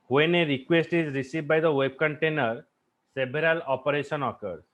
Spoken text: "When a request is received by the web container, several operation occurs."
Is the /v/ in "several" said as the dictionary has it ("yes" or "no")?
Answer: no